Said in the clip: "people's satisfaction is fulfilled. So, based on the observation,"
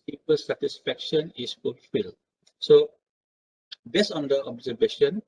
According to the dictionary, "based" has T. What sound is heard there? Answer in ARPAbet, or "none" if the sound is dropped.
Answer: none